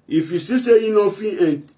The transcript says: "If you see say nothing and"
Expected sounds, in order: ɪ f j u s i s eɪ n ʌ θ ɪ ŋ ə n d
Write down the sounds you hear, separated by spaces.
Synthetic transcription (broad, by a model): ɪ f j u s i s eɪ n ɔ f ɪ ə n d